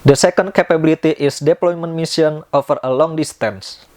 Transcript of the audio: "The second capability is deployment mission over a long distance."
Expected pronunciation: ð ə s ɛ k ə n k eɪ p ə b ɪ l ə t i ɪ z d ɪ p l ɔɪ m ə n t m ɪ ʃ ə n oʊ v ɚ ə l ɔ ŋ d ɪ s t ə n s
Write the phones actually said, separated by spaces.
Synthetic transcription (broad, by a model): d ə s ɛ k ə n k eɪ p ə b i l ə t i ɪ s d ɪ p l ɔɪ m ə n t m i s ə n oʊ f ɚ ə l ɔ ŋ d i s t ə n s